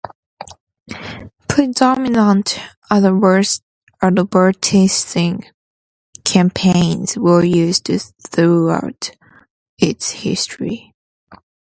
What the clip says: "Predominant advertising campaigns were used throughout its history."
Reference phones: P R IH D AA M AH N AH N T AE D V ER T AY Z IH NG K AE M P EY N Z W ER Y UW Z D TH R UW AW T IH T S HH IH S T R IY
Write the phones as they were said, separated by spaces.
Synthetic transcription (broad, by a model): P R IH D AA M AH N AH N T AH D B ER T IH S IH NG K AE M P EY N Z W ER Y UW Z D TH R UW AW T IH T S HH IH S T R IY